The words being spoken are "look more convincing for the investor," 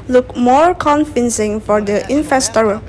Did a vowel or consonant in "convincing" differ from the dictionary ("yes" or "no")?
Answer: yes